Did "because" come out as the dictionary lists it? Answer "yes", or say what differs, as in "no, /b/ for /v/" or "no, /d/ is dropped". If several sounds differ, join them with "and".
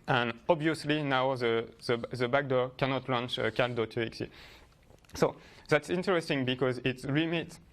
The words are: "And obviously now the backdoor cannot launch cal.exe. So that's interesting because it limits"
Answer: yes